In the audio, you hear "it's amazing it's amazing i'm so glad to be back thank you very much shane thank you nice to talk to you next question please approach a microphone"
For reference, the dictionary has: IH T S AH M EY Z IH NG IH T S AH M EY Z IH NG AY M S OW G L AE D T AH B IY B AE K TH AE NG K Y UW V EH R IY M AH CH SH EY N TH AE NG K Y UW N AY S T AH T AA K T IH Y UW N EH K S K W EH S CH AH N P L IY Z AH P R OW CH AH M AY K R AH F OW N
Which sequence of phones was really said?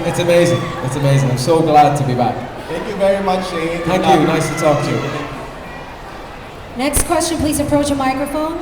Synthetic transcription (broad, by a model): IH T S AH M EY Z IH NG IH T S AH M EY Z IH NG AY M S OW G L AE D T AH B IY B AE K TH AE NG K Y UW V EH R IY M AH CH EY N TH AE NG K Y UW N AY S T AH T AA K T IH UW N EH K S K W EH S CH AH N P L IY Z AH P R OW CH AH M AY K R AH F OW N